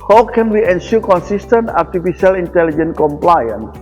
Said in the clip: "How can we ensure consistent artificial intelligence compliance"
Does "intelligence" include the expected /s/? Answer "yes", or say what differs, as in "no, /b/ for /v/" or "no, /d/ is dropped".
no, /s/ is dropped